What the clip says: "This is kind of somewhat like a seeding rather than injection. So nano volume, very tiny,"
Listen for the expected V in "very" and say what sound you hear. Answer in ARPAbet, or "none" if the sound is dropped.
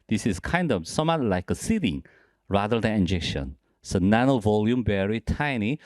B